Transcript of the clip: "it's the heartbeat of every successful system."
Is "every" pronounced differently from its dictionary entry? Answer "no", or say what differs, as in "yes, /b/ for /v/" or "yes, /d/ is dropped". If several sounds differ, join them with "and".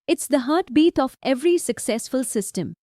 no